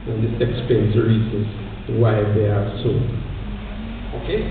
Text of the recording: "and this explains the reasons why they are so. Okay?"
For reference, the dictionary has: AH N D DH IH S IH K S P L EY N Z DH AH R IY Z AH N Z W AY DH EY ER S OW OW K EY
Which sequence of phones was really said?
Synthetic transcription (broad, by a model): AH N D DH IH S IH K S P EY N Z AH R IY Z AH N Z W AY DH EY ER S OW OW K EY